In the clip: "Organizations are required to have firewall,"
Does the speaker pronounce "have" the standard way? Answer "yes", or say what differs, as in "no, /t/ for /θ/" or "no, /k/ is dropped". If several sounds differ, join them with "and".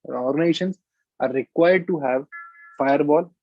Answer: yes